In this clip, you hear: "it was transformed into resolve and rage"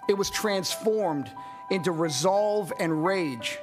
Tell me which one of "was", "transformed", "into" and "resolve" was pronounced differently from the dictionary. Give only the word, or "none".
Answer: none